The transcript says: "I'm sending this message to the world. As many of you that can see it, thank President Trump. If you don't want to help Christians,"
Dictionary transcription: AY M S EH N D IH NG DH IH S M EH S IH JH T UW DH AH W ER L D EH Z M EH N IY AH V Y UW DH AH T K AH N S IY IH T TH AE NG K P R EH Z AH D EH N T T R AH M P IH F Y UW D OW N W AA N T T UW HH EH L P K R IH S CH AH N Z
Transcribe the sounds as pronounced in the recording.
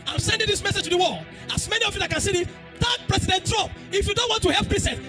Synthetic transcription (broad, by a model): AY M S EH N D IH NG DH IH S M EH S IH JH T UW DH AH W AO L AA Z M EH N IY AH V Y UW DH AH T K AH N S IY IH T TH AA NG P R EH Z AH D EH N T T R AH M P IH F Y UW D OW N W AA N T T UW HH EH L P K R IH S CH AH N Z